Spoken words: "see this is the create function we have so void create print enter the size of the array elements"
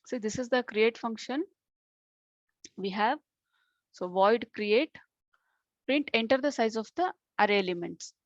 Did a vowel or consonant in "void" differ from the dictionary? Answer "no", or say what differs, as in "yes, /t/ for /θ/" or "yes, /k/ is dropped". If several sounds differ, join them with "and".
no